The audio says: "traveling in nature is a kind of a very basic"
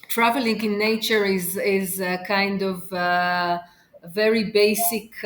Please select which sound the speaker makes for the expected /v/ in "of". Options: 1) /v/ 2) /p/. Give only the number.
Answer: 1